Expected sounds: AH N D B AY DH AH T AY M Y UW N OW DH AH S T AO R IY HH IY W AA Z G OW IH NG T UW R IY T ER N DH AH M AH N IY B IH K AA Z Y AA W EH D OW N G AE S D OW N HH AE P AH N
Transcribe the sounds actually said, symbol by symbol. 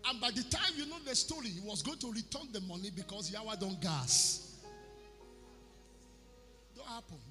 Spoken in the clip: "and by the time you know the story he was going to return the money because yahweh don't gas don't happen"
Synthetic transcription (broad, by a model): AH N B AY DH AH T AY M Y UW N OW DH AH S T AO R IY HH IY W AA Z G OW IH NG T UW R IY T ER N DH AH M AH N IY B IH K AA S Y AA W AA D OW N G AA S D OW N HH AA P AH N